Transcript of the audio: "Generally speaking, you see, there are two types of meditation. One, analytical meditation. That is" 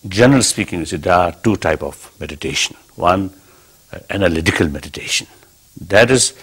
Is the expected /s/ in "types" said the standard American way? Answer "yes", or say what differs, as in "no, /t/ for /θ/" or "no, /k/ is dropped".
no, /s/ is dropped